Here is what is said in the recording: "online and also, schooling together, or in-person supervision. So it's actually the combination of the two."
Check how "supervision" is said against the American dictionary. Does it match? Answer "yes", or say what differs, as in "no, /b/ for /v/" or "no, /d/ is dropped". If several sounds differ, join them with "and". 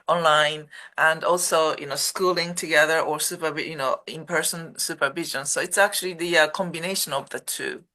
yes